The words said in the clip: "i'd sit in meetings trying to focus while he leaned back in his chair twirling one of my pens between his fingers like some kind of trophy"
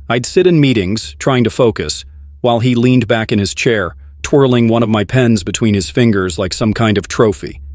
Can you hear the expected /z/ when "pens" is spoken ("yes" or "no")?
yes